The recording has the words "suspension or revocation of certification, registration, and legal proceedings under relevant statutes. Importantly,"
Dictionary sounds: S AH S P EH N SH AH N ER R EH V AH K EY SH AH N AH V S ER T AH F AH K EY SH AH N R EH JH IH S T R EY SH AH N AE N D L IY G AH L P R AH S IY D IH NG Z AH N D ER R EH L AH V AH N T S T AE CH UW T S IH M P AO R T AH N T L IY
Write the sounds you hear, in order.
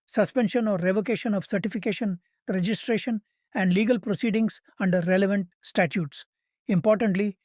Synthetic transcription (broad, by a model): S AH S P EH N SH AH N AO R EH V AH K EY SH AH N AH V S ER T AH F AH K EY SH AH N R EH JH IH S T R EY SH AH N AE N D L IY G AH L P R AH S IY D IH NG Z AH N D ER R EH L AH V AH N T S T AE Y UW T S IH M P AO R T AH N T L IY